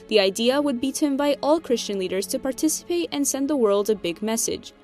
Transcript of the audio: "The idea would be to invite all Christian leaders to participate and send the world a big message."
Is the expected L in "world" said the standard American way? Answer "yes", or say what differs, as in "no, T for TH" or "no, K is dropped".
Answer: yes